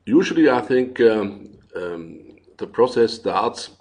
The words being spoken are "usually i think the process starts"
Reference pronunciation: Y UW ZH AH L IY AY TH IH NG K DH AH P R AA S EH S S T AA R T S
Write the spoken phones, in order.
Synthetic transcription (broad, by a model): Y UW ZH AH L IY AY TH IH NG K DH AH P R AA S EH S S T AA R T S